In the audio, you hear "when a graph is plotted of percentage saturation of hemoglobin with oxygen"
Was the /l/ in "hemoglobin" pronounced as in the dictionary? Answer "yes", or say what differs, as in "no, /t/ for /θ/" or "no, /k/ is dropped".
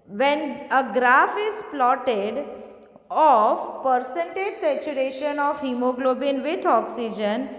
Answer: yes